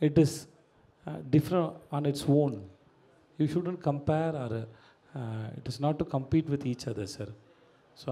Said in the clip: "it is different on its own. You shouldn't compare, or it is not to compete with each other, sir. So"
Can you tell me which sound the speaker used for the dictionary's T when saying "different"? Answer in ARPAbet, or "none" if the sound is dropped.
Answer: none